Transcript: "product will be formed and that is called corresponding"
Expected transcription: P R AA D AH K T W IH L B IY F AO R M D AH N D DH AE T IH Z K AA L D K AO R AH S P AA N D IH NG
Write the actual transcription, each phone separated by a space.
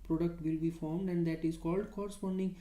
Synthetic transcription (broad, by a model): P R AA D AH K T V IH L B IY F AO R M D AH N D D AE T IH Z K AA L D K AO R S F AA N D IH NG